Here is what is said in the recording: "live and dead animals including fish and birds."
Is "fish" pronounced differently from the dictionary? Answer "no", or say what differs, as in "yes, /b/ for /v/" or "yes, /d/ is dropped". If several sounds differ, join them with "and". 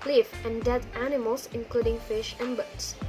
no